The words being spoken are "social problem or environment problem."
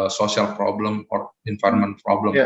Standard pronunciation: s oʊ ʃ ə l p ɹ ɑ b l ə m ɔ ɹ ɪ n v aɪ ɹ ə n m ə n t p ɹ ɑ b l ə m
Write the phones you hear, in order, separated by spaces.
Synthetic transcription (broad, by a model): s oʊ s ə l p ɹ ɑ b l ə m ɔ ɹ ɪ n f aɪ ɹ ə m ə n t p ɹ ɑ b l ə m